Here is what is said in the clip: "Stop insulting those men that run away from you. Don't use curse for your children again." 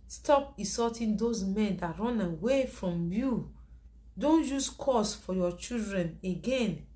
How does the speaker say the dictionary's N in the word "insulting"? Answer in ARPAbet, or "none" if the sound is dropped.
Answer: none